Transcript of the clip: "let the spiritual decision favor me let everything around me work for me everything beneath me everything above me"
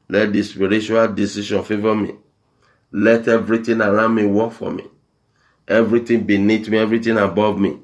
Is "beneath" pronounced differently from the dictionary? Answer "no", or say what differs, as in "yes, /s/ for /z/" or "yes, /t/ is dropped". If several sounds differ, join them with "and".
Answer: yes, /t/ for /θ/